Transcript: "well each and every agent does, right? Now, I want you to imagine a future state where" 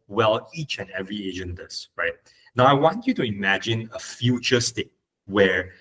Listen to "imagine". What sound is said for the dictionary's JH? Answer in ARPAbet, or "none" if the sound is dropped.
JH